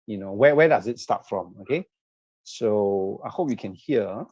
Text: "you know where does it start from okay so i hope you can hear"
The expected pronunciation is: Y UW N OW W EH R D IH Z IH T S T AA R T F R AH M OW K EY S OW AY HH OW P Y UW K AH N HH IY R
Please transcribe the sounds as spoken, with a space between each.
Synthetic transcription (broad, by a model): Y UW N OW W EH W D IH Z IH T S T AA T F R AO M OW K EY S OW AY HH OW P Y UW K AH N HH IY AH